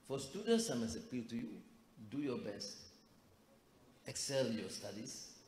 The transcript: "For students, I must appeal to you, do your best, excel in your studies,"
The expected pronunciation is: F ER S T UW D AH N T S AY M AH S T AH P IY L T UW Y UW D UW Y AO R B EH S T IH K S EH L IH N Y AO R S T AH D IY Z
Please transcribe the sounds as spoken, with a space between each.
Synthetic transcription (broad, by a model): F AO S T UW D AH N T S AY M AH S AH P IY L T UW Y UW D UW Y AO B EH S T IH K S EH L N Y AO S T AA D IY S